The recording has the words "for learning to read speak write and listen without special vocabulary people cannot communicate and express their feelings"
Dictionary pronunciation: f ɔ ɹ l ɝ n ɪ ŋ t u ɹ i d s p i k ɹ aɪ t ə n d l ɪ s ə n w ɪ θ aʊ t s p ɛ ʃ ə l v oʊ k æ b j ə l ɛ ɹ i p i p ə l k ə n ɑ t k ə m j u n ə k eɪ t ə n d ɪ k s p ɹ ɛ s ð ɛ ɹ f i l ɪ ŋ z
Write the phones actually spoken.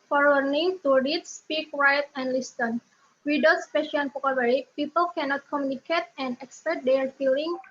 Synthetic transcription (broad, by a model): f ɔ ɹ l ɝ n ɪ ŋ t u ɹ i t s p i k ɹ aɪ t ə n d l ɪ s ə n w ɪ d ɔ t s p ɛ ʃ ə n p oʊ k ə w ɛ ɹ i p i p ə l k ə n ɑ t k ə m j u n ə k eɪ t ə n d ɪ k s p ɛ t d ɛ ɹ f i l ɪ ŋ